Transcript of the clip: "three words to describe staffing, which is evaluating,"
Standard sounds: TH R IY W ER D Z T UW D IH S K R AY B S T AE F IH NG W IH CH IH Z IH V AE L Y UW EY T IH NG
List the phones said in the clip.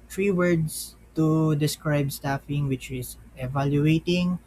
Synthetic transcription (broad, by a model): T R IY W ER D S T UW D IH S K R AY B S T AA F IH NG W IH CH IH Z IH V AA L Y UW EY T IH NG